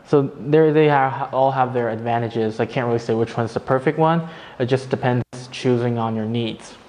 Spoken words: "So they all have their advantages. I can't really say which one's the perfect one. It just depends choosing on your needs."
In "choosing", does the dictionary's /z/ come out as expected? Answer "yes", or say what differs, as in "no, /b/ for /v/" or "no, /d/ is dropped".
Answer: yes